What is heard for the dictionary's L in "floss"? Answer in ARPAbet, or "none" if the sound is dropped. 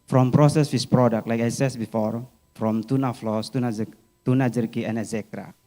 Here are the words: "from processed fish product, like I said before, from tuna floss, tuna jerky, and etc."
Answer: L